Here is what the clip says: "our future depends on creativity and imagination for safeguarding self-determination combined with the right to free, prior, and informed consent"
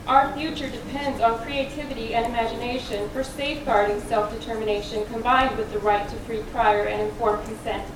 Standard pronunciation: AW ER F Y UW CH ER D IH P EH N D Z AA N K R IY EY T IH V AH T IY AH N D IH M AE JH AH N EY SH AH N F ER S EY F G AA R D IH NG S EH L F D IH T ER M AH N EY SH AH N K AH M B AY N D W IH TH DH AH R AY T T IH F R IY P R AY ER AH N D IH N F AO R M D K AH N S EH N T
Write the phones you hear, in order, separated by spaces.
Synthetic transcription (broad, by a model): AW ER F Y UW CH ER D IH P EH N D Z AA N K R IY EY T IH V AH T IY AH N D IH M AE JH AH N EY SH AH N F ER S EY F G AA R D IH NG S EH L F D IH T ER M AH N EY SH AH N K AH M B AY N D W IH DH AH R AY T T IH F R IY P R AY ER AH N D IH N F AO R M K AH N S EH N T